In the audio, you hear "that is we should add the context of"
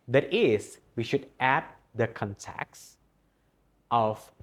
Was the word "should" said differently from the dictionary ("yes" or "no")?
no